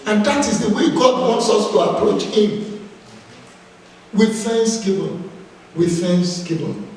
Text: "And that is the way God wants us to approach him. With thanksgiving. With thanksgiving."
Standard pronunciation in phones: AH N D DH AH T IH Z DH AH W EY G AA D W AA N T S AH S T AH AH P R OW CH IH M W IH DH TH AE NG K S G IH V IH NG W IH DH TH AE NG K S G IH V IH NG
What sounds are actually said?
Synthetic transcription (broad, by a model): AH N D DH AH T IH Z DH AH W EY G AA D W AA N T S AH S T AH AH P R OW CH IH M W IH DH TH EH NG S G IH B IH W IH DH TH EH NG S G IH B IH